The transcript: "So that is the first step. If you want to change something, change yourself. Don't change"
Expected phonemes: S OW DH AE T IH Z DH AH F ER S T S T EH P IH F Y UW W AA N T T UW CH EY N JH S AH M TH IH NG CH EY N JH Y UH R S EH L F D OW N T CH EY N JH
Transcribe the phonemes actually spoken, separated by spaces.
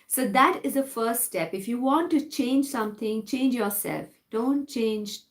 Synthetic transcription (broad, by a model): S OW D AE T IH Z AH F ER S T S T EH P IH F Y UW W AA N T T UW CH EY N JH S AH M T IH NG CH EY N JH Y UH R S EH L F D OW N T CH EY N JH